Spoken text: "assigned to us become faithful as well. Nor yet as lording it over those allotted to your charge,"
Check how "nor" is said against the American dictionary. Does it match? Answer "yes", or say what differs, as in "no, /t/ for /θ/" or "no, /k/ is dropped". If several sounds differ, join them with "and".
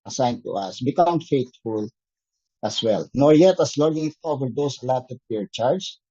yes